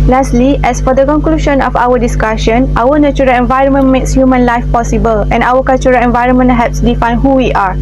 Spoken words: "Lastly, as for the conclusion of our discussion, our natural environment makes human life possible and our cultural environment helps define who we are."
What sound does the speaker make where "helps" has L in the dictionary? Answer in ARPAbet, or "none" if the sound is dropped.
none